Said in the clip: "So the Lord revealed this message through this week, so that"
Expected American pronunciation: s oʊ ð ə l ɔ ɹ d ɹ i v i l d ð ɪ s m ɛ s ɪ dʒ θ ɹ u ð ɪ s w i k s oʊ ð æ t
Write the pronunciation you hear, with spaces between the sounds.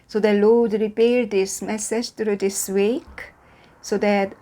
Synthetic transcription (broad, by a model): s oʊ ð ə l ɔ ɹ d ɹ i p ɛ d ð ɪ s m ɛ s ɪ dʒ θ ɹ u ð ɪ s w i k s oʊ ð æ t